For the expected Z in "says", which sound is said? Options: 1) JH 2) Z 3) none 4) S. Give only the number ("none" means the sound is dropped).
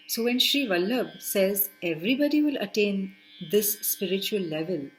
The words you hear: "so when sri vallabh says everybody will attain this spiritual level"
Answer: 2